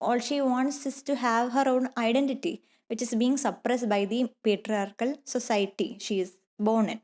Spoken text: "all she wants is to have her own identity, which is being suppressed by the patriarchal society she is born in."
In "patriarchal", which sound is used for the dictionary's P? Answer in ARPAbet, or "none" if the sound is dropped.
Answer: P